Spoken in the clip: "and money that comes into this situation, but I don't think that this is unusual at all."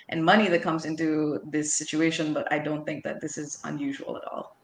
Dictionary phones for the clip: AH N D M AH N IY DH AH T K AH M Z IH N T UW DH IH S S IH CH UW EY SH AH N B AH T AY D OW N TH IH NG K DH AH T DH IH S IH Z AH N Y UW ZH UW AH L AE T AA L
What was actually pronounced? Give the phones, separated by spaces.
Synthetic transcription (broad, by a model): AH N M AH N IY DH AH T K AH M Z IH N T UW DH IH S S IH CH UW EY SH AH N B AH T AY D OW N TH IH NG K DH AH T DH IH S IH Z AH N Y UW ZH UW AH L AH T AA L